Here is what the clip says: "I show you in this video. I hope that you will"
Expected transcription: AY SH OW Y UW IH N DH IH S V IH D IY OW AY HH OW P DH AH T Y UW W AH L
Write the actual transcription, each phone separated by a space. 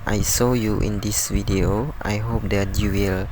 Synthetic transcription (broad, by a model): AY S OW Y UW IH N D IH S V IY D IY OW AY HH OW P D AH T Y UW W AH L